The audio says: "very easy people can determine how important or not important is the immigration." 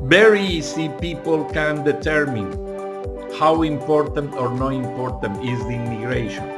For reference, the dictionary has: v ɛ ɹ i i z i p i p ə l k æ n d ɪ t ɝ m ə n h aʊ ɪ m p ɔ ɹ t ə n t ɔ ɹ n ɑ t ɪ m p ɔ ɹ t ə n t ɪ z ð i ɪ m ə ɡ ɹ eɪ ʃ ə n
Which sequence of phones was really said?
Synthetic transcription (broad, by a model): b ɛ ɹ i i s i p i p ə l k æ n d ɪ t ɝ m ə n h aʊ ɪ m p ɔ ɹ t ə n t ɔ ɹ n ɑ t ɪ m p ɔ ɹ t ə n t ɪ z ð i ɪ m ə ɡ ɹ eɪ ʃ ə n